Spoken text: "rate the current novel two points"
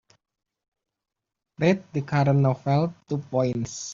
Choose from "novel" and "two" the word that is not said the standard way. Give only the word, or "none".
novel